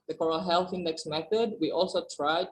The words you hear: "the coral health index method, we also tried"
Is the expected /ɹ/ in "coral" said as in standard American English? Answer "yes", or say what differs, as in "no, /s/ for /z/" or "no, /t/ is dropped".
yes